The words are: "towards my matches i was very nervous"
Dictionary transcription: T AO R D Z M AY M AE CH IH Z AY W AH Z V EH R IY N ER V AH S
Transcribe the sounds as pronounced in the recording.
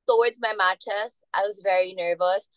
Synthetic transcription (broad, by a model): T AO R D Z M AY M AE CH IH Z AY W AH Z V EH R IY N ER V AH S